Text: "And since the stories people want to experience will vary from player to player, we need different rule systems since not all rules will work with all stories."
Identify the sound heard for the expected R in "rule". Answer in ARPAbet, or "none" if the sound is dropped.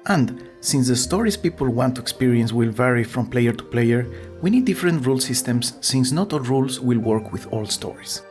R